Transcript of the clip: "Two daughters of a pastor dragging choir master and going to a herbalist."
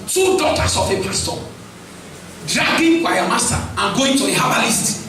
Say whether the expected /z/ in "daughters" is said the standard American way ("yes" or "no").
no